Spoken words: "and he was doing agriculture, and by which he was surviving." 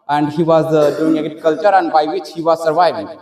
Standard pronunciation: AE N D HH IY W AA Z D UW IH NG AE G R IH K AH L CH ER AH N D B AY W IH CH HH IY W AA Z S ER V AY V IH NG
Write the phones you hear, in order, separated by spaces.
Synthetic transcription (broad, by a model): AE N D HH IY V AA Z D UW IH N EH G IH K AH L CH ER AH N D B AY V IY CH HH IY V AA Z S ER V AY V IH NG